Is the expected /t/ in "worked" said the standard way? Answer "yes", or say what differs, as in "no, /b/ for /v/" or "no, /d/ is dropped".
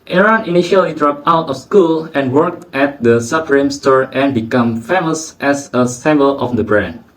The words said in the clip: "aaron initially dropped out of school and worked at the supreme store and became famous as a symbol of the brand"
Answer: yes